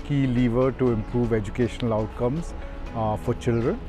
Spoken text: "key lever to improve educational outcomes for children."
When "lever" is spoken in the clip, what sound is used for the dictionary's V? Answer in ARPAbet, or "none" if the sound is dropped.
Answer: V